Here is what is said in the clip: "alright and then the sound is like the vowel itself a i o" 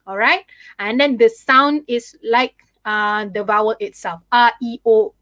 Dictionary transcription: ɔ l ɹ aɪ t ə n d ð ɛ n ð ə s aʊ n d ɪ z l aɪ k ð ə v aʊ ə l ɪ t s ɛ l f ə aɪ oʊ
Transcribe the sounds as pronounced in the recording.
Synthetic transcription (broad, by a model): ɔ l ɹ aɪ t ə n d ɛ n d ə s aʊ n d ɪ s l aɪ k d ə v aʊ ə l ɪ t s ɛ l f ə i oʊ